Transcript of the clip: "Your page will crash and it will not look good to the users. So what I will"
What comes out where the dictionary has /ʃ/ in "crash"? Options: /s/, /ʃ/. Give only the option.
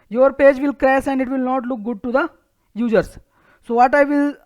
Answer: /s/